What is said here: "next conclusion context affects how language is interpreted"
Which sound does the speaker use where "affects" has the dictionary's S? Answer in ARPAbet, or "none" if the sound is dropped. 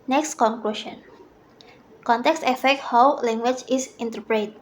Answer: none